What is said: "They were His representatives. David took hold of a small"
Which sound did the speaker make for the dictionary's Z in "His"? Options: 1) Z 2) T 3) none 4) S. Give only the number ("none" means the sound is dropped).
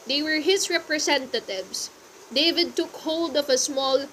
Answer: 4